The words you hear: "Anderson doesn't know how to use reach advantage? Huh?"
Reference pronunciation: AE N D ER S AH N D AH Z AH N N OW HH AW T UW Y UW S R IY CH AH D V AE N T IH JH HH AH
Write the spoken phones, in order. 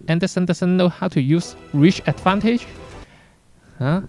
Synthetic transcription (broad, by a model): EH N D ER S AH N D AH S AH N N OW HH AW T UW Y UW S R IY CH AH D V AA N T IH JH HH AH